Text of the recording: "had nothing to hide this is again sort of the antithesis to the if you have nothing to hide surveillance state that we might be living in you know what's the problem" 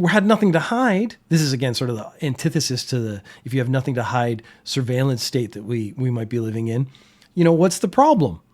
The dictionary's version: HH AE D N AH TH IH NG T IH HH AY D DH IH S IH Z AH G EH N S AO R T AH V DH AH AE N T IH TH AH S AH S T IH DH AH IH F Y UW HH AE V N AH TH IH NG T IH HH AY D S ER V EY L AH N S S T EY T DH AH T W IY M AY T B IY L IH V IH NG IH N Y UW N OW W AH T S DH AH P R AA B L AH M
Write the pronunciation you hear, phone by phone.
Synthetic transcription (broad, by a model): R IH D N AH TH IH NG T IH HH AY D DH IH S IH Z AH G EH N S AO R T AH V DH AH AE N T IH TH AH S AH S T IH DH AH IH F Y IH V N AH TH IH NG T IH HH AY D S ER V EY L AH N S S T EY T DH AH T W IY M AY T B IY L IH V IH NG IH N Y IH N OW W AH T S DH AH P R AA B L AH M